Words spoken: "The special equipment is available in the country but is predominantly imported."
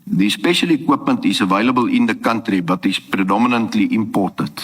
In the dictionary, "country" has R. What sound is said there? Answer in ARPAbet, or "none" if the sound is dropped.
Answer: R